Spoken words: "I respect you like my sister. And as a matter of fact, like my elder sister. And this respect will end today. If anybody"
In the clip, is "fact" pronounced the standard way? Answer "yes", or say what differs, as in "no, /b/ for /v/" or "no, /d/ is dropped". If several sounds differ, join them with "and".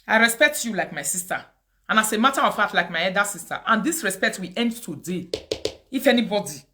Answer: no, /k/ is dropped